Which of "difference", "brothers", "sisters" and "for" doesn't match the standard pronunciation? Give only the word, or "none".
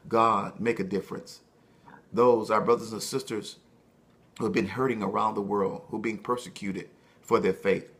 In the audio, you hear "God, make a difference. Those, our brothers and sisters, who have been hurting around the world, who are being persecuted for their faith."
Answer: none